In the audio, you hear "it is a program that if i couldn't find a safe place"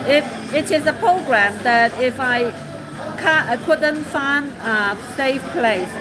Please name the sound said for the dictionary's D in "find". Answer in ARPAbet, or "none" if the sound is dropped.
none